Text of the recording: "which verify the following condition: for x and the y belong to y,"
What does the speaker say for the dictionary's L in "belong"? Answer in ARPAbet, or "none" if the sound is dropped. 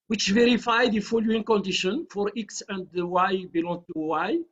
L